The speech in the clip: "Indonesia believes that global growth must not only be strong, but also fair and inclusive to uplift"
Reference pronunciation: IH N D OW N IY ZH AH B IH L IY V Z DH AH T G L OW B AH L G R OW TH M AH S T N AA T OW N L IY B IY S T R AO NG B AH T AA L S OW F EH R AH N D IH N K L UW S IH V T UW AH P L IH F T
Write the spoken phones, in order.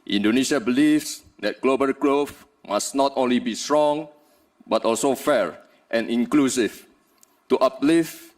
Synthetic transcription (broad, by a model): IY N D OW N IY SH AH B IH L IY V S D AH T G L OW B AH L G R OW F M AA S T N AA T OW N L IY B IY S T R AO NG B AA T AA L S OW F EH R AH N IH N K L UW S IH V T UW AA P L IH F